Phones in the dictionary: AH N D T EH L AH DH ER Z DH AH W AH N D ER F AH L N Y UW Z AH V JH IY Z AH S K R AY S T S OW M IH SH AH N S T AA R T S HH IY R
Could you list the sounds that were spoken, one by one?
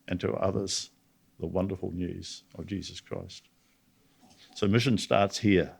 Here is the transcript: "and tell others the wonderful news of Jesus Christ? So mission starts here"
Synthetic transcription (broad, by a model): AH N T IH AH DH ER Z DH AH W AH N D ER F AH L N Y UW Z AH V JH IY Z AH S K R AY S T S OW M IH SH AH N S T AA R T S HH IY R